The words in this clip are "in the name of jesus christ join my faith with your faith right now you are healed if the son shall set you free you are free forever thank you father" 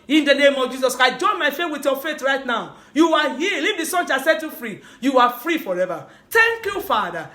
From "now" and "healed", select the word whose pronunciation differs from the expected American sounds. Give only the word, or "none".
healed